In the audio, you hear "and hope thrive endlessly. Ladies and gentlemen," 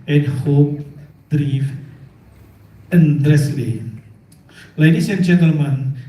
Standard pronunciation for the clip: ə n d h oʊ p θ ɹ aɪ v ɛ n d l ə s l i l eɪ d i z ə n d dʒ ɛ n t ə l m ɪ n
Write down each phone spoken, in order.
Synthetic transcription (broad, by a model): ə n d h oʊ p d ɹ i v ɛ n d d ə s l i l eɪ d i s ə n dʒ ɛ n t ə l m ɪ n